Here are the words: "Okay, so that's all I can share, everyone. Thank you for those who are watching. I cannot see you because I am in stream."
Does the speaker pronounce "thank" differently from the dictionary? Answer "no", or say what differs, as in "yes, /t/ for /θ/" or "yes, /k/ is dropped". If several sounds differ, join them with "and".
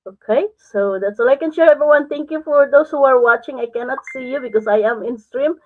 yes, /t/ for /θ/